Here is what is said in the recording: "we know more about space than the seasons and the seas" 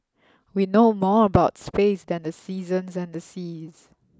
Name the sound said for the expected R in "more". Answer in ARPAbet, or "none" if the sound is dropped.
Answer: R